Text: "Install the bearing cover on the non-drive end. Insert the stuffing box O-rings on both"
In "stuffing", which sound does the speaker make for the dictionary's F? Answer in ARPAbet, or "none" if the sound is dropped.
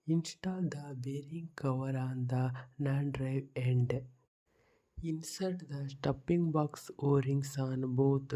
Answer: P